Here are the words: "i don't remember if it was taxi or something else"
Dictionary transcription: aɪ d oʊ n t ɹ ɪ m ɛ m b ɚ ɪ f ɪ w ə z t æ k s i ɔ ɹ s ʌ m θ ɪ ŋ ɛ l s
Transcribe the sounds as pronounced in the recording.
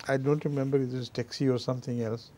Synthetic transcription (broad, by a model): aɪ d oʊ n t ɹ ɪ m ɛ m b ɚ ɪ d ɪ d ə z t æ k s i ɔ ɹ s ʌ m t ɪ ŋ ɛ l s